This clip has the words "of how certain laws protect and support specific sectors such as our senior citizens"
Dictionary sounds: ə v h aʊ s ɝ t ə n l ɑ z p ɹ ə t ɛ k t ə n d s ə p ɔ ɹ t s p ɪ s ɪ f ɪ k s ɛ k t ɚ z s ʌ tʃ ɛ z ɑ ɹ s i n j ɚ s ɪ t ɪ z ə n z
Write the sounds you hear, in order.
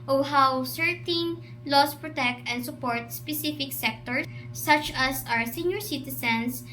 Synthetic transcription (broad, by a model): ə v h aʊ s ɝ t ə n l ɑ s p ɹ ə t ɛ k t ə n d s ə p ɔ ɹ t s p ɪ s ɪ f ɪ k s ɛ k t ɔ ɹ s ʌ tʃ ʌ s ɑ ɹ s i n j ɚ s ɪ t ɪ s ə n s